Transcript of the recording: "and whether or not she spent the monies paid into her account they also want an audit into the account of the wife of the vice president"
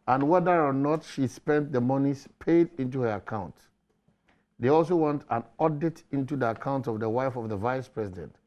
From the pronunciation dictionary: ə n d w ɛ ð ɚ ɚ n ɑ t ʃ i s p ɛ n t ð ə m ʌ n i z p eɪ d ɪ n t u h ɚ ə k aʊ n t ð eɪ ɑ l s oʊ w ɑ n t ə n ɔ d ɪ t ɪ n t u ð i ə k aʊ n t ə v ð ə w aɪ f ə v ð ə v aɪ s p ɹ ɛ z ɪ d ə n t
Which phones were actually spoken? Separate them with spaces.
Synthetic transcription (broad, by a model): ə n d w ɛ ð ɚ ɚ n ɑ t ʃ i s p ɛ n t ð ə m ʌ n i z p eɪ d ɪ n t u h ɚ ə k aʊ n t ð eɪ ɑ l s oʊ w ɑ n t ə n ɔ d ɪ t ɪ n t u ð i ə k aʊ n t ə v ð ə w aɪ f ə v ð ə v aɪ s p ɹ ɛ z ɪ d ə n t